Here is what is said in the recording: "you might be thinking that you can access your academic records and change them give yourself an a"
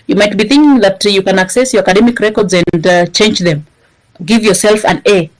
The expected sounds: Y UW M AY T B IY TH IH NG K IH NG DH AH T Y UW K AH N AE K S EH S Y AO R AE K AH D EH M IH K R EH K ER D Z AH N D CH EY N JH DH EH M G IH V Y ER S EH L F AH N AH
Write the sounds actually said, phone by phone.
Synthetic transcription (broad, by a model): Y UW M AY T B IY TH IH NG K IH NG DH AH T Y UW K AH N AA K S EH S Y AO R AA K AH D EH M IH K R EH K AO D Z AH N D CH EY N JH DH EH M G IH V Y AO S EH L F AH N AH